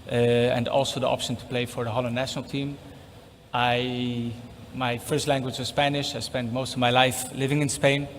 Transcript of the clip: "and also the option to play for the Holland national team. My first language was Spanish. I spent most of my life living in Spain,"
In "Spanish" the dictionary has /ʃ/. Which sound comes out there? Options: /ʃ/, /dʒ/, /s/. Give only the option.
/ʃ/